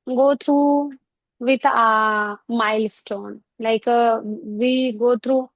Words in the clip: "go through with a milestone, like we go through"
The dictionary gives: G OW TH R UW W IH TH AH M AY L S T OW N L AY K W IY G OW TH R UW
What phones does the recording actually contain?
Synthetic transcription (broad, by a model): G OW T R UW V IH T AH M AY L S T OW N L AY K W IY G OW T R UW